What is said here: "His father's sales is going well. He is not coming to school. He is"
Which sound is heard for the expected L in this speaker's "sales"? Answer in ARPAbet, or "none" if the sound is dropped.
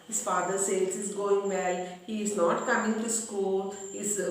none